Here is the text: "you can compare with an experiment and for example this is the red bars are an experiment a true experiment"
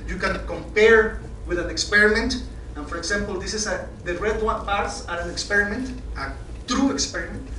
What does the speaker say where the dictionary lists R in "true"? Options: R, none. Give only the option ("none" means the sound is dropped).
R